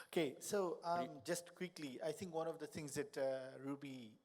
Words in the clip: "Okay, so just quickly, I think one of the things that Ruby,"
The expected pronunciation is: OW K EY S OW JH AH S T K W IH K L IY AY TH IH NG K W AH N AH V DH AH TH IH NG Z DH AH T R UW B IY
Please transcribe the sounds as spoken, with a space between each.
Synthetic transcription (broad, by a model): OW K EY S OW JH AH S T K W IH K L IY AY T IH NG K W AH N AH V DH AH T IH NG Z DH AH T R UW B IY